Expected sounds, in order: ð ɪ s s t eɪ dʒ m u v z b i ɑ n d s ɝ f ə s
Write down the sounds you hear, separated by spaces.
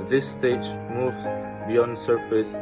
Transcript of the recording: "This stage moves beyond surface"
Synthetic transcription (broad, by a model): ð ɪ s s t eɪ dʒ m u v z b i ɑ n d s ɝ f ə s